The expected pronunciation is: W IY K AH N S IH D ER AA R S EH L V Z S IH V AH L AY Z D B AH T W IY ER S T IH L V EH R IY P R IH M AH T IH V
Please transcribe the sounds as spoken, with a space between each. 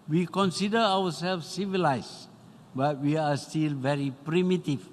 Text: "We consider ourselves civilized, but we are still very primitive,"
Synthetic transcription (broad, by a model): W IY K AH N S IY D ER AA W S EH L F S S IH V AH L AY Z B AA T W IY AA S T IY L V EH R IY P R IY M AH T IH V